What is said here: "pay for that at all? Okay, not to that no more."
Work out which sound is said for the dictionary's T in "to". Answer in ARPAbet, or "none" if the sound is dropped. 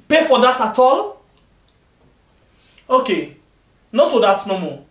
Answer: T